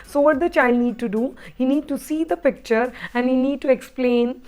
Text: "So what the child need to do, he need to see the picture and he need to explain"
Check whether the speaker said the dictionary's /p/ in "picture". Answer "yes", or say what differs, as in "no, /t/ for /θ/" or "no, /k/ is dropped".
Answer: yes